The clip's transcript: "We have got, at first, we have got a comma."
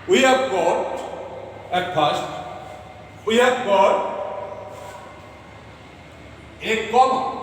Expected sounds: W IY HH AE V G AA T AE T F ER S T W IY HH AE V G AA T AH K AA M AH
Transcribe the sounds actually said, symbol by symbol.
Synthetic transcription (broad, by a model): W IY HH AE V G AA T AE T P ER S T W IY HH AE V G AA T AH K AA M